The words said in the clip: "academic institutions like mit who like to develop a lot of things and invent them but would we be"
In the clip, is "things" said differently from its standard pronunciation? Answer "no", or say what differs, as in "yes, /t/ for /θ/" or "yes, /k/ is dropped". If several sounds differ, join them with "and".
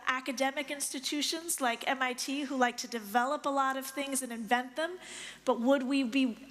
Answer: no